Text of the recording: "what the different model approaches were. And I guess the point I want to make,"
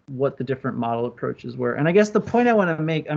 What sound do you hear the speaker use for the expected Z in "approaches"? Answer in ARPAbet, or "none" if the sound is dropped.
Z